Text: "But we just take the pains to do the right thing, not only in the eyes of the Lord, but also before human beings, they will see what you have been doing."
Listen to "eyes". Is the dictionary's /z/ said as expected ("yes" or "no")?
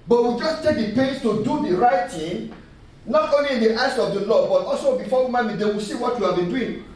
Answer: no